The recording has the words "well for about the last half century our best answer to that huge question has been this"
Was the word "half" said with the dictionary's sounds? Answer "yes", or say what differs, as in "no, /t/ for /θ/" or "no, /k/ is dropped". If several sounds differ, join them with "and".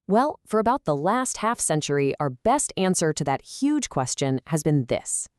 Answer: yes